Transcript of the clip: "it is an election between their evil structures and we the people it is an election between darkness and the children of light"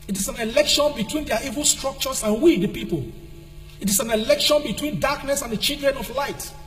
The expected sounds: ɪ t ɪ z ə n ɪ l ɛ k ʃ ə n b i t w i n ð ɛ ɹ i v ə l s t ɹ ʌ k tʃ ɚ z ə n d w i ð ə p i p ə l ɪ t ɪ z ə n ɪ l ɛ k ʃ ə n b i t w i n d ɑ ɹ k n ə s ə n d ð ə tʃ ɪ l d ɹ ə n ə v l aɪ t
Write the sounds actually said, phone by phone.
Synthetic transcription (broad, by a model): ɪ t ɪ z ə n ɪ l ɛ k ʃ ə n b i t w i n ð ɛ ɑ i v ə l s t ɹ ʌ k tʃ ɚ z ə n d w i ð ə p i p ə l ɪ t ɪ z ə n ɪ l ɛ k ʃ ə n b i t w i n d ɑ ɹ k n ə s ə n d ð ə tʃ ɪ d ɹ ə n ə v l aɪ t